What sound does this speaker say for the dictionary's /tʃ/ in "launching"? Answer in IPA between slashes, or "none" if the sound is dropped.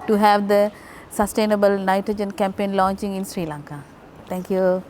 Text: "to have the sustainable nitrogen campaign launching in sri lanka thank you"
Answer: /tʃ/